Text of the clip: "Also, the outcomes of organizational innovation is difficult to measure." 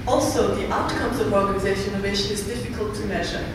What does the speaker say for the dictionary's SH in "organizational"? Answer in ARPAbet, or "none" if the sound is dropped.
none